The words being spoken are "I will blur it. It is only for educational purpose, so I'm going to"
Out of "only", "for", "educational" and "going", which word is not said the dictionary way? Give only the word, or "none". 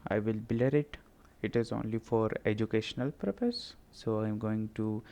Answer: none